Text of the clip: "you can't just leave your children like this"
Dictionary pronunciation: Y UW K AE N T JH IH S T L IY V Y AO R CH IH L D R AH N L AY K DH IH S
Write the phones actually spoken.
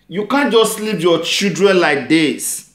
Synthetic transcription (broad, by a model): Y UW K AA N JH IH S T L IY P Y AO CH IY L D R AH N L AY K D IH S